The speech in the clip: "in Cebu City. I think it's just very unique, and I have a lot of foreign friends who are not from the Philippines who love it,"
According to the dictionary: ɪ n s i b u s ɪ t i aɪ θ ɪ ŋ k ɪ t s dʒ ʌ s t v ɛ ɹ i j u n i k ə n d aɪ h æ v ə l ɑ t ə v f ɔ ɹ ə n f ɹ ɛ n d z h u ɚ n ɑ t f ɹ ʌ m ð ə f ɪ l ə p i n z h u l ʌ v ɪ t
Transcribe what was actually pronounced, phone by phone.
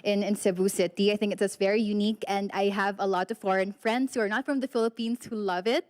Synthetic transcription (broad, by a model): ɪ n s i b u s ɪ t i aɪ θ ɪ ŋ k ɪ t s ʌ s v ɛ ɹ i j u n i k ə n d aɪ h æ v ə l ɑ t ə v f ɔ ɹ ə n f ɹ ɛ n d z h u ɚ n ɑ t f ɹ ʌ m ð ə f ɪ l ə p i n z h u l ʌ v ɪ t